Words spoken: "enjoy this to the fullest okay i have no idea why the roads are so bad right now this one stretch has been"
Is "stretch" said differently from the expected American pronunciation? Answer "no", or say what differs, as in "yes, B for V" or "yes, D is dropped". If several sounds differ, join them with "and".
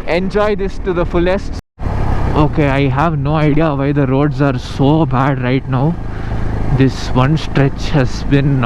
no